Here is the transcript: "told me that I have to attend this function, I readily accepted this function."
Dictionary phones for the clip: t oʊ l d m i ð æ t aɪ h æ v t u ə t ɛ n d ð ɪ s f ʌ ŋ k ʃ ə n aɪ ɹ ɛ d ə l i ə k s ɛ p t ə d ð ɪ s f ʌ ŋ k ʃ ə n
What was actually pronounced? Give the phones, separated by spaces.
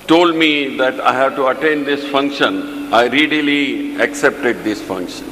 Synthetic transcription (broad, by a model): t oʊ l d m i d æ t aɪ h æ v t u ə t ɛ n d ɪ s f ʌ ŋ k ʃ ə n aɪ ɹ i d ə l i ə k s ɛ p t ə d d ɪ s f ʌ ŋ k ʃ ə n